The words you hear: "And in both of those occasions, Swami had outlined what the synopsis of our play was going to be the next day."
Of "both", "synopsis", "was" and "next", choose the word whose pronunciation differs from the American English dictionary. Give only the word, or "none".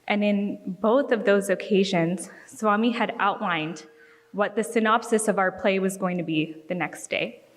none